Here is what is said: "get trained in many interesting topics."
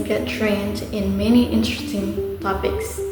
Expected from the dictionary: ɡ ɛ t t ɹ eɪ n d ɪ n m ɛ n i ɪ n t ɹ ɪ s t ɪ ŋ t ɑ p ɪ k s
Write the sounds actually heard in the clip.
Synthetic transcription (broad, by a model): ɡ ɛ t t ɹ eɪ n d ɪ n m ɛ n i ɪ n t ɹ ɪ s t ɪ ŋ t ɑ p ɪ k s